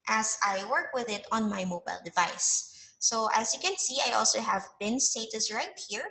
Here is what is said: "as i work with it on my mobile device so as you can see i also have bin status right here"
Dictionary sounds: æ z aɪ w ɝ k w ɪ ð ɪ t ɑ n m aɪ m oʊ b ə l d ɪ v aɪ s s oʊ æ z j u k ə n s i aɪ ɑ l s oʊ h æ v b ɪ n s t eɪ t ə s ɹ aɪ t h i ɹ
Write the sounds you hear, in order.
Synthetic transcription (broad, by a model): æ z aɪ w ɝ k w ɪ ð ɪ t ɑ n m aɪ m oʊ b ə l d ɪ v aɪ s s oʊ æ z j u k ə n s i aɪ ɑ l s oʊ h æ v b ɪ n s t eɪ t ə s ɹ aɪ t h i ɹ